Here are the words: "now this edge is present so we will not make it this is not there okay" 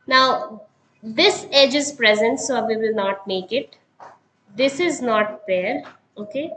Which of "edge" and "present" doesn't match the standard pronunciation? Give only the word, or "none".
none